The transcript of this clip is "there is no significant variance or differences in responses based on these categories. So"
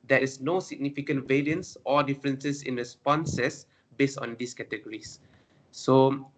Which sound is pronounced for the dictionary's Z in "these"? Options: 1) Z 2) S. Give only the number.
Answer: 2